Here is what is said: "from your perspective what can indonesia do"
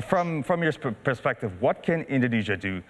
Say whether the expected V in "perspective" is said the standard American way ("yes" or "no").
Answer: yes